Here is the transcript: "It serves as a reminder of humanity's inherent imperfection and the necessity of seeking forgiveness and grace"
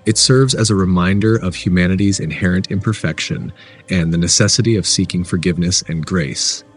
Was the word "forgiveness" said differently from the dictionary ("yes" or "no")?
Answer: no